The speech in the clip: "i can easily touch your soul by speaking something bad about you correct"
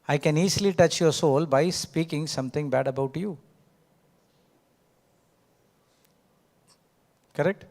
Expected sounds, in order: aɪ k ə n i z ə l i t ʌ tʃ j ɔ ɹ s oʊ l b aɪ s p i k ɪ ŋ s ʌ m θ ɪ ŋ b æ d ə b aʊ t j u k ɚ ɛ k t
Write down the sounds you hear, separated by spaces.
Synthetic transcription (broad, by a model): aɪ k ə n i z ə l i t ʌ tʃ j ɔ ɹ s oʊ l b aɪ s p i k ɪ ŋ s ʌ m t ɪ ŋ b æ d ə b aʊ t j u k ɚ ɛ k t